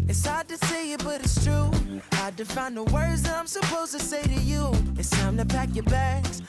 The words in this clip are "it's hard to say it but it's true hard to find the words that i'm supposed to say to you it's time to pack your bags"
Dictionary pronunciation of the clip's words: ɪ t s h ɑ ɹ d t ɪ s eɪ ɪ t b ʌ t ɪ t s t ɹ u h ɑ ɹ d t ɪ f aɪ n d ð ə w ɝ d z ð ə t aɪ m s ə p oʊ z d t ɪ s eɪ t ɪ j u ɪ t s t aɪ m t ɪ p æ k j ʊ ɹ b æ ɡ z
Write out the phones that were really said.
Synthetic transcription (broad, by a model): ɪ t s h ɑ ɹ d t ɪ s eɪ ɪ t b ʌ t ɪ t s t ɹ u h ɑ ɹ d t ɪ f aɪ n ð ə w ɝ d z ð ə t aɪ m s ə p oʊ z t ɪ s eɪ t ɪ j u ɪ t s t aɪ m t ɪ p æ k j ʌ ɹ b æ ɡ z